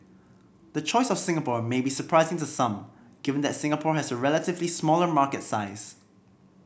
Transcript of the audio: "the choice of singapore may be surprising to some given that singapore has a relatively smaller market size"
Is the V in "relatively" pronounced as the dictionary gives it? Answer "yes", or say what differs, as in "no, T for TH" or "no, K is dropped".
yes